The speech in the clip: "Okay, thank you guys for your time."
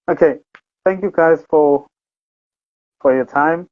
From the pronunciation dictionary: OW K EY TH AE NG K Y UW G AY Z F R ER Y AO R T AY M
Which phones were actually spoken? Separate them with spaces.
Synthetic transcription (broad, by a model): OW K EY TH AE NG K Y UW G AY Z F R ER Y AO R T AY M